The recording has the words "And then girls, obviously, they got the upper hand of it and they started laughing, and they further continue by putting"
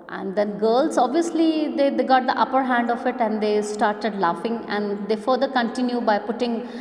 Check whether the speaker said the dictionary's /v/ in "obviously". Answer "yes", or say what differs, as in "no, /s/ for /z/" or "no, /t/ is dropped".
yes